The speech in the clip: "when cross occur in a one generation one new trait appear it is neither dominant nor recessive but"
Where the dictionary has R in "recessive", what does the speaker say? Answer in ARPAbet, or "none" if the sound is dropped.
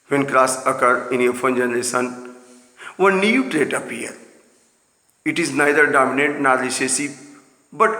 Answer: L